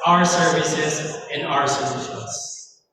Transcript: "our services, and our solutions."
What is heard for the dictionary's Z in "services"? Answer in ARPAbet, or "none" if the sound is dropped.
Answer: Z